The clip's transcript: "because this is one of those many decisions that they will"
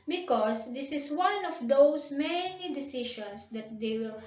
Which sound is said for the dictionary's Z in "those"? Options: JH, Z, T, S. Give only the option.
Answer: S